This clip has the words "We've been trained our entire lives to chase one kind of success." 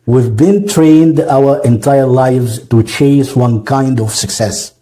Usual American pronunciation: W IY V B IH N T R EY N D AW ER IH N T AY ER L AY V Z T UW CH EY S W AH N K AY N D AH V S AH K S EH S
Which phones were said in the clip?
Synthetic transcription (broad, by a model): W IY V B IH N T R EY N D AW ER IH N T AY ER L AY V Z T UW CH EY S W AH N K AY N D AH V S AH K S EH S